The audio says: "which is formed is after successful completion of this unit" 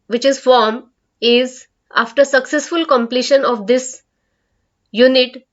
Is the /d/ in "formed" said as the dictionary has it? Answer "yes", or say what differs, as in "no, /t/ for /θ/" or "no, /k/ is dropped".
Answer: no, /d/ is dropped